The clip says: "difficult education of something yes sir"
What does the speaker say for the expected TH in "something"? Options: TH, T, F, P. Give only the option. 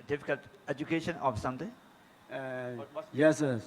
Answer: T